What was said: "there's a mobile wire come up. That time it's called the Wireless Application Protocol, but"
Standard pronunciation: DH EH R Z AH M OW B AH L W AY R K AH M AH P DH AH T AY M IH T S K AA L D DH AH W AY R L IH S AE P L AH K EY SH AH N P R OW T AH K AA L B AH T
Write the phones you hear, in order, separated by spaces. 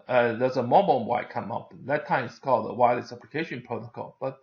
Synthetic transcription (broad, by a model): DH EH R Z AH M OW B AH N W AY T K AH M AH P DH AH T AY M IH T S K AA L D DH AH W AY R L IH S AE P L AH K EY SH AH N P R OW T AH K AA L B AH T